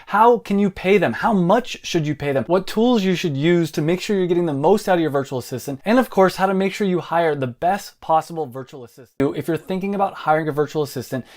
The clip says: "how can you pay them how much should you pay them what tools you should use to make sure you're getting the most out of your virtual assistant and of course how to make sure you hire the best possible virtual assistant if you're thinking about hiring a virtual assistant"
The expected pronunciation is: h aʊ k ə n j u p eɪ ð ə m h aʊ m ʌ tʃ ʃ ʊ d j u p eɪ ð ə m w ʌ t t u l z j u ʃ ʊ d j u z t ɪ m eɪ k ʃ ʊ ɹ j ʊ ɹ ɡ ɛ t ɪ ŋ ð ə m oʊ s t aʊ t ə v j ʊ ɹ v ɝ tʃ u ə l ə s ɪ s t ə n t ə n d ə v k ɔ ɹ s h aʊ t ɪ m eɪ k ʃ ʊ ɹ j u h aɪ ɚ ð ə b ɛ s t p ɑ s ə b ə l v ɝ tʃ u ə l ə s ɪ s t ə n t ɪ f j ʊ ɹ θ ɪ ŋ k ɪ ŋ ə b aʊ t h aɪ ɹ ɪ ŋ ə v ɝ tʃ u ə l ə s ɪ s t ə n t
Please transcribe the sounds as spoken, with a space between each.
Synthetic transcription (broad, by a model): h aʊ k ə n j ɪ p eɪ ð ə m h aʊ m ʌ tʃ ʃ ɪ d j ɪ p eɪ ð ə m w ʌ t t u l z j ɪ ʃ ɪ d j u z t ɪ m eɪ k ʃ ʊ ɹ j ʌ ɹ ɡ ɛ t ɪ ŋ ð ə m oʊ s t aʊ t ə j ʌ ɹ v ɝ tʃ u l ə s ɪ s t ə n t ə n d ə v k ɔ ɹ s h aʊ t ɪ m eɪ k ʃ ʊ ɹ j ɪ h aɪ ɚ ð ə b ɛ s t p ɑ s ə b l v ɝ tʃ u l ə s ɪ s t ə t ɪ f j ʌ ɹ θ ɪ ŋ k ɪ ŋ ə b aʊ t h aɪ ɹ ɪ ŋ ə v ɝ tʃ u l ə s ɪ s t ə n t